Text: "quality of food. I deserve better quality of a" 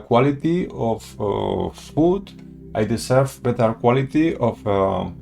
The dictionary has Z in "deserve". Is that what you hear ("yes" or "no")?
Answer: no